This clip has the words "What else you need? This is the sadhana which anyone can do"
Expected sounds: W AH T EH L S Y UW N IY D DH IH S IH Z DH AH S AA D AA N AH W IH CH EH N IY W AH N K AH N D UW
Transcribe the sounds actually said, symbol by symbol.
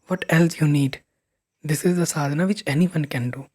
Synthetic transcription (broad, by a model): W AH T EH L S Y UW N IY D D IH S IH Z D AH S AA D N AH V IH CH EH N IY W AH N K AH N D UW